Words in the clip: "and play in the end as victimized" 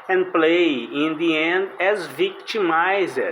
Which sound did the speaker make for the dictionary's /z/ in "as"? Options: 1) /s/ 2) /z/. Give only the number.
2